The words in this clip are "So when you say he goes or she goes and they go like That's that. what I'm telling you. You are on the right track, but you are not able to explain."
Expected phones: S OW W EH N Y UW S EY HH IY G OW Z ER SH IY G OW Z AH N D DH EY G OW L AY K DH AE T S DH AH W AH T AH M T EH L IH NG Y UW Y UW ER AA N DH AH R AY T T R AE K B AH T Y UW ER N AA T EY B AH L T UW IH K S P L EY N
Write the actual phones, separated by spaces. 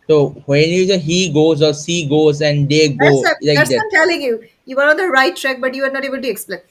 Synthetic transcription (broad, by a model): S OW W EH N Y UW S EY HH IY G OW Z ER S IY G OW Z AH N D EY G OW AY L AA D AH AH M T EH L IH NG Y UW Y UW ER AA N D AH R AY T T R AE K B AH T Y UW ER N AA T EY B AH L T UW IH K S P L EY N